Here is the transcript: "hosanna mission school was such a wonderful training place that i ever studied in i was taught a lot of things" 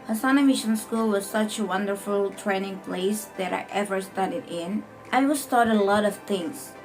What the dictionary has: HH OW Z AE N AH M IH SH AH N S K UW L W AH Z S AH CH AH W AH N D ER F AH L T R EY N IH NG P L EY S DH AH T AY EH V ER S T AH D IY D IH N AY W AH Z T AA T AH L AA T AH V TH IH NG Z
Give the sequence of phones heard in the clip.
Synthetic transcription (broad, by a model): HH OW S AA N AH M IH SH AH N S K UW L W AH Z S AH CH AH W AH N D ER F AH L T R EY N IH NG P L EY S DH AH T AY EH V ER S T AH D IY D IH N AY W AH S T AA T AH L AA T AH V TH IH NG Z